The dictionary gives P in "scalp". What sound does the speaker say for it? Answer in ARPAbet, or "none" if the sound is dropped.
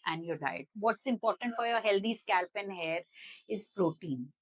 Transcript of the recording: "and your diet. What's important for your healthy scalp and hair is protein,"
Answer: P